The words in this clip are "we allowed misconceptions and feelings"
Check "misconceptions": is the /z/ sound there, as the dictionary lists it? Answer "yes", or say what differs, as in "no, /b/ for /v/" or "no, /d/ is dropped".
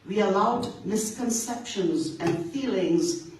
yes